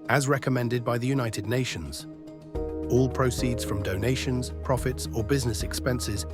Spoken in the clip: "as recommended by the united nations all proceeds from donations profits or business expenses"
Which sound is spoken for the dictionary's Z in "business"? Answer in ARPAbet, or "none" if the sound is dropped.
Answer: Z